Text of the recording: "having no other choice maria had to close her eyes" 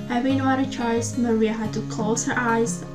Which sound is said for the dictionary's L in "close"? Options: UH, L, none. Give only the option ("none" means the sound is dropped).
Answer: none